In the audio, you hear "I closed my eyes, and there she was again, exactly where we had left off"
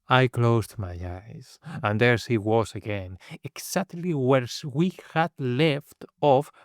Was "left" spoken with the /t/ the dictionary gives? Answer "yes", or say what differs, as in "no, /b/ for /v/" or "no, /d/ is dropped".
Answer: yes